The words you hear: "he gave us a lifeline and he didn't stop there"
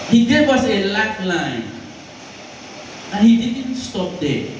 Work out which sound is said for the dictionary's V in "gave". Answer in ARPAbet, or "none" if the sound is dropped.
W